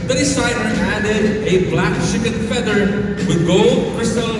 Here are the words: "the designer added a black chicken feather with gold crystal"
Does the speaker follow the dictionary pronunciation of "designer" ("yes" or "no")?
no